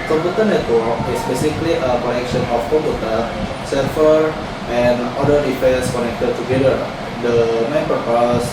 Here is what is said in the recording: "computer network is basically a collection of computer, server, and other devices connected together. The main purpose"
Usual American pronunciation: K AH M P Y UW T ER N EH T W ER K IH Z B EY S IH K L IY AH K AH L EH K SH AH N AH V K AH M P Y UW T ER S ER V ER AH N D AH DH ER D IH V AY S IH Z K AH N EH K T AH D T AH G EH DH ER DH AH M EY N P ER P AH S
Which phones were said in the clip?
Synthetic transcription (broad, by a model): K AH M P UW T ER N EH T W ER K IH S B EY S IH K L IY AH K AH N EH K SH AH N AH F K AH M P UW T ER S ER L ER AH N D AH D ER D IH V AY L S K AH N EH K T AH D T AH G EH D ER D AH M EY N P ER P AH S